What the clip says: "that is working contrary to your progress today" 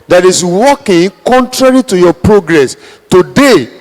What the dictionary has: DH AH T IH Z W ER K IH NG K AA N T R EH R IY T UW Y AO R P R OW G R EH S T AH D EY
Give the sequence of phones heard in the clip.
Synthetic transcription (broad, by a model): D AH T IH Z W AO K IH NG K AA N T R EH R IY T UW Y AO P R OW G R EH S T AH D EY